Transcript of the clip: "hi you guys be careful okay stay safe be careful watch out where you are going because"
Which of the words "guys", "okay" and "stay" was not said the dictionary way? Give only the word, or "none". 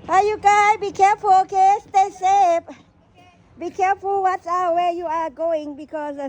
guys